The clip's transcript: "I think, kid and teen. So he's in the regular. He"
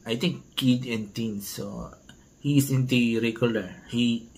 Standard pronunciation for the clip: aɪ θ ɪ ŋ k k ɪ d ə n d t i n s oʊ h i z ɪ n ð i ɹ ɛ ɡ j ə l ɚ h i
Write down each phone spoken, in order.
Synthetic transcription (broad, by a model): aɪ t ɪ ŋ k k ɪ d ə n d t i n s oʊ h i s ɪ n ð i ɹ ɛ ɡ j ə l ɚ h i